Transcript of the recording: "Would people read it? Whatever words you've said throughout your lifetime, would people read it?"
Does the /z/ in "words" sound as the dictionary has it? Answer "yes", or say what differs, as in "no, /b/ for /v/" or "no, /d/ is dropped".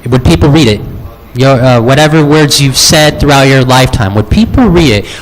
yes